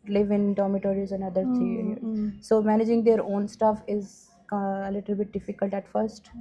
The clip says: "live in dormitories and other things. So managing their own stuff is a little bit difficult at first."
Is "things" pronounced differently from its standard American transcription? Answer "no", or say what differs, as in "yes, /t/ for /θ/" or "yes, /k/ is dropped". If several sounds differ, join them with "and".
yes, /t/ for /θ/